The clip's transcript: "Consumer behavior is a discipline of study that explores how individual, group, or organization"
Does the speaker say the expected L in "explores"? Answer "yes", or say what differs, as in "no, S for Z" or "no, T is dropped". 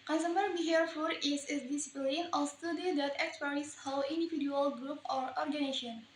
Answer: no, L is dropped